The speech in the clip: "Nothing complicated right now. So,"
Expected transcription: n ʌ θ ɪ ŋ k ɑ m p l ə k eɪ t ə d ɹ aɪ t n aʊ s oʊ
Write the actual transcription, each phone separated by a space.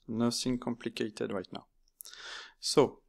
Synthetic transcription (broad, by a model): n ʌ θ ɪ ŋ k ɑ m p l ə k eɪ t ə d ɹ aɪ t n aʊ s oʊ